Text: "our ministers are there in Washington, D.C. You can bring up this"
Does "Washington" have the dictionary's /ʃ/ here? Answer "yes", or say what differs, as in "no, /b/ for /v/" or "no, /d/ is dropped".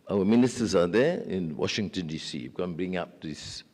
yes